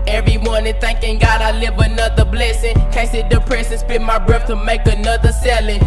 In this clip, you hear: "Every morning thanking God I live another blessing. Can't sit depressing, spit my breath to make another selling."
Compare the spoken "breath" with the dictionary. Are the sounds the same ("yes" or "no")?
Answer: no